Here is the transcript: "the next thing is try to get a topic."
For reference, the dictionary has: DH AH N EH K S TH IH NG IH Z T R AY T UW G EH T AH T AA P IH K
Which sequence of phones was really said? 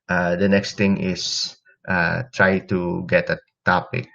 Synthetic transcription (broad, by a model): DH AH N EH K S T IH NG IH S T R AY T UW G EH T AH T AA P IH K